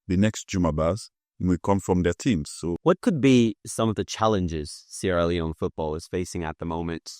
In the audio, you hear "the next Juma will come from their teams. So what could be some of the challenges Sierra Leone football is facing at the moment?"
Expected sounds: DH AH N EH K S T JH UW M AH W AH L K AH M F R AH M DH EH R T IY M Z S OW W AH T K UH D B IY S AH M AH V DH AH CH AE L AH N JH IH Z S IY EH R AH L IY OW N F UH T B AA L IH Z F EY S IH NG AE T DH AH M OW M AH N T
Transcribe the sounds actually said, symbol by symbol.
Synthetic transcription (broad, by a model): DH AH N EH K S T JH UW M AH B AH W K AH M F R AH M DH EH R T IY M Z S OW W AH T K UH D B IY S AH M AH V DH AH CH AE L AH N JH IH Z S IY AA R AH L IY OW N F UH T B AA L IH Z F EY S IH NG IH T DH AH M OW M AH N T